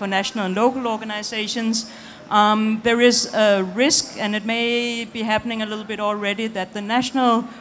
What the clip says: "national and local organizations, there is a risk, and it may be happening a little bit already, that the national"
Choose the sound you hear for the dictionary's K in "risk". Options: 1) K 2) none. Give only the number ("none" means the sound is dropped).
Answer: 1